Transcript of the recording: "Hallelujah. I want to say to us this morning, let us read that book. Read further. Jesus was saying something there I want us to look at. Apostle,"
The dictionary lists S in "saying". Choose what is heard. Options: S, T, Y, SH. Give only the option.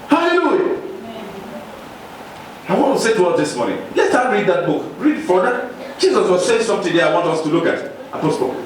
SH